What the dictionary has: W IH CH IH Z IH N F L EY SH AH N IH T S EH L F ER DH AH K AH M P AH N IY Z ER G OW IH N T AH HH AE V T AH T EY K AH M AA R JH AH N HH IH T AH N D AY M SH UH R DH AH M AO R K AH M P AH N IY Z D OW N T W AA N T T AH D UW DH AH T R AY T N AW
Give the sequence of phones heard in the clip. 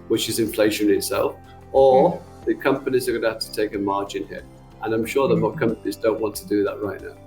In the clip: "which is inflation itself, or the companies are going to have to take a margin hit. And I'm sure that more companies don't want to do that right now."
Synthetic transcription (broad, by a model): W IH CH IH Z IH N F L EY SH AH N IH T S EH L F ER DH AH K AH M P AH N IY Z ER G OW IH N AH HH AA F T AH T EY K AH M AA R JH AH N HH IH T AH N AY M SH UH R DH AH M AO K AH M P AH N IY Z D OW N T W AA N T T AH D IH DH AH T R AY T N AW